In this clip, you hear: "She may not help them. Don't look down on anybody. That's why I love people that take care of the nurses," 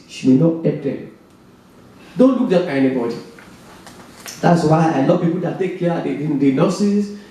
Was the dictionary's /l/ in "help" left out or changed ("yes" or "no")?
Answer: yes